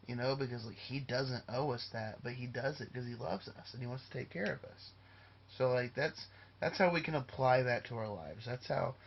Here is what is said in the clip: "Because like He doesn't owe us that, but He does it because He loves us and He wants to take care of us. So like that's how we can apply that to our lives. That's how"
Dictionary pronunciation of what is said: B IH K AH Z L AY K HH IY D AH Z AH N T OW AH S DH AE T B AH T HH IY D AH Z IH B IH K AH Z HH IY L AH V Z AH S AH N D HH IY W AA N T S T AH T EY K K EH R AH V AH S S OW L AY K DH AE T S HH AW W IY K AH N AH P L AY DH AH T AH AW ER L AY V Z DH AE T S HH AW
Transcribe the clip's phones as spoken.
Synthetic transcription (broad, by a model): B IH K AH Z L AY K HH IY D AH Z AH N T OW AH S DH AE T B AH T HH IY D AH Z IH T K AH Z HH IY L AH V Z AH S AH N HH IY W AA N T S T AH T EY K K EH R AH V AH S S OW L AY K DH AE T S HH AW W IY K AH N AH P L AY DH AH T AH AW ER L AY V Z DH AE T S HH AW